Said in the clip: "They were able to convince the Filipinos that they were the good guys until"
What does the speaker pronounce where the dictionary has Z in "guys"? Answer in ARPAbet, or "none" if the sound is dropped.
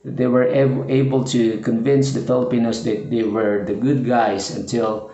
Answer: S